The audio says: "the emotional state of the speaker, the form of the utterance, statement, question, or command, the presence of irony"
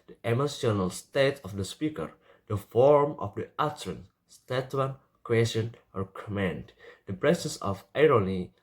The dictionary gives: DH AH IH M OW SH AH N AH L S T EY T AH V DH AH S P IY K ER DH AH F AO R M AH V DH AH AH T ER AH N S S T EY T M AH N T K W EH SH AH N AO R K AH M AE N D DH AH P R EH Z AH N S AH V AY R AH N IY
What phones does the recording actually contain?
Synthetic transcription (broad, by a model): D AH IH M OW S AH N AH L S T EY T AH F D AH S P IY K ER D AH F AO R M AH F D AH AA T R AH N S S T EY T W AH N K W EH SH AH N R K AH M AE N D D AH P R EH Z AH N S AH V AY R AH N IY